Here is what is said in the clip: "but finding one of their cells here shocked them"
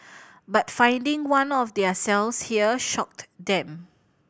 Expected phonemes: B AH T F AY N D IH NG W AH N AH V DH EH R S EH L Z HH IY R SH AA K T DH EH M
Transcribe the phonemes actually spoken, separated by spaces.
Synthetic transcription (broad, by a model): B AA T F AY N D IH NG W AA N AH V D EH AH S EH L S HH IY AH SH AA K T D EH M